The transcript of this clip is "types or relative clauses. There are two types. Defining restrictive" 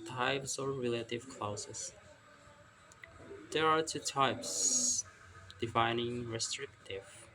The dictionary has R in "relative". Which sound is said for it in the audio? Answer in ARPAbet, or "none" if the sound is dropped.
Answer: R